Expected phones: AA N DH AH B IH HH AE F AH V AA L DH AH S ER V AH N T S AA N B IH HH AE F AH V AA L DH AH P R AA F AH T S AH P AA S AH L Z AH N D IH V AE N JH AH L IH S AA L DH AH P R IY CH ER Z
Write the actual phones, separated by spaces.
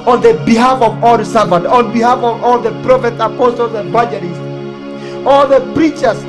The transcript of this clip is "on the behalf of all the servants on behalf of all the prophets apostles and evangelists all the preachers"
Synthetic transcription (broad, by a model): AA N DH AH B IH HH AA F AH V AA L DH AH S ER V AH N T AA N B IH HH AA F AH V AA L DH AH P R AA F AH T AH P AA S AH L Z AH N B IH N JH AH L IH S AA L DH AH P R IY CH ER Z